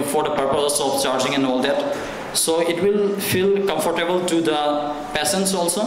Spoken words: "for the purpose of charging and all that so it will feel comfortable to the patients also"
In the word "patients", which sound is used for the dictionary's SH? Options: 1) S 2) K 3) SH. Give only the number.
1